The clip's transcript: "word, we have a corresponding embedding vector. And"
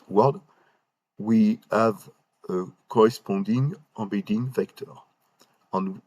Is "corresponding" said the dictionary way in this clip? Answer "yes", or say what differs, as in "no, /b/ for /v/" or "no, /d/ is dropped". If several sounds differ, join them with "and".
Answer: no, /n/ is dropped